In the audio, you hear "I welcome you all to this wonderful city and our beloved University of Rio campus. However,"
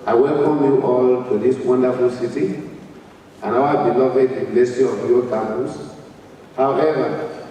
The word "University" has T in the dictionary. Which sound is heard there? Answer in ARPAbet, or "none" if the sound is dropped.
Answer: S